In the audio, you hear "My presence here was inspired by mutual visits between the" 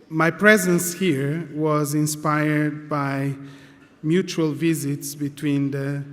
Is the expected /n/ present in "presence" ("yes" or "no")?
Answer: yes